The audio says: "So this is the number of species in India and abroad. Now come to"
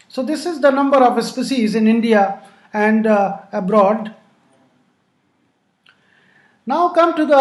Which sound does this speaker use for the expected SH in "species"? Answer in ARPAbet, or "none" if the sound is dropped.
S